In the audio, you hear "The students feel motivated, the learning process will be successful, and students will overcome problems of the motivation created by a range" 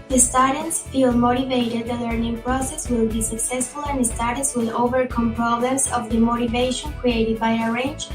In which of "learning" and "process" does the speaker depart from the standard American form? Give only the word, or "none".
none